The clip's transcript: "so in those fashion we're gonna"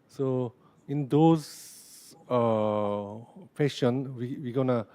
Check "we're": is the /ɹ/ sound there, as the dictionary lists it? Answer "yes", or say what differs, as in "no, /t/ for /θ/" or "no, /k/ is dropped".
no, /w/ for /ɹ/